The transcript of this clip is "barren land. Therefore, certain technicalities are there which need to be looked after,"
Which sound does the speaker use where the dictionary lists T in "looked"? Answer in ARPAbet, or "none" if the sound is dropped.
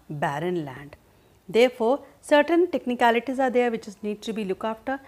none